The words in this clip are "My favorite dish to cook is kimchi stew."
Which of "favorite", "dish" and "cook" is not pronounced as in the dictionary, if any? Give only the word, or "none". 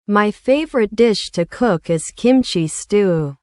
none